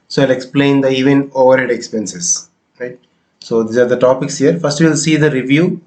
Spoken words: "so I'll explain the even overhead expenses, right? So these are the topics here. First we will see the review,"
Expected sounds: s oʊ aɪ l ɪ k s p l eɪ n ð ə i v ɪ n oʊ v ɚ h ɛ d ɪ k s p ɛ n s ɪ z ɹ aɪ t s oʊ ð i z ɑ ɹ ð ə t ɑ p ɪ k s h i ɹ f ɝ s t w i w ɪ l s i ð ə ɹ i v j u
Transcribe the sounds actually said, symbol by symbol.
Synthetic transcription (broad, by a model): s oʊ aɪ l ɪ k s p l eɪ n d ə i v ɪ n oʊ v ɚ h ɛ d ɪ k s p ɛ n s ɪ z ɹ aɪ t s oʊ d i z ɑ ɹ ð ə t ɑ p ɪ k s h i ɹ f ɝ s t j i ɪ l s i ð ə ɹ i v j u